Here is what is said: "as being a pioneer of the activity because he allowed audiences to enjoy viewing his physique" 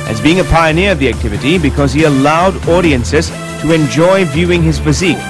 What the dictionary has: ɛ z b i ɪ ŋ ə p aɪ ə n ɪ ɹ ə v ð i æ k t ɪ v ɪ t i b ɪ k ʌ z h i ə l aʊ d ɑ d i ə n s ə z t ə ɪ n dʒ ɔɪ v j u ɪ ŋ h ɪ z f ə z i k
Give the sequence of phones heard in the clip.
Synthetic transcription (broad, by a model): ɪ z b i ɪ ŋ ə p aɪ ə n ɪ ɹ ə v ð i æ k t ɪ v ɪ t i b ɪ k ʌ z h i ə l aʊ d ɑ d i ə n s ə z t ə ɪ n dʒ ɔɪ v j u ɪ ŋ ɪ z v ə z i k